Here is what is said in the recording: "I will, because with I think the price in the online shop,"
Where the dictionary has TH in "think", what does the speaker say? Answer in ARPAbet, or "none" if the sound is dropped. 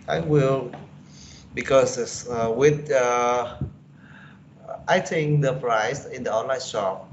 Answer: T